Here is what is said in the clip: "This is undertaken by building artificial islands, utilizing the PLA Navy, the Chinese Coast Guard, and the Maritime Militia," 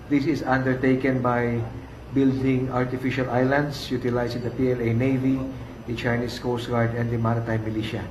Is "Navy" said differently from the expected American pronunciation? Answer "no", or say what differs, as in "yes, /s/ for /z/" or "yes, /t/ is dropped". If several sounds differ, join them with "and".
no